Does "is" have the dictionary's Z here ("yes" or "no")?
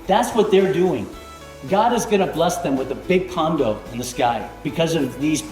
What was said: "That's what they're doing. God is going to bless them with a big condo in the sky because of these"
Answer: yes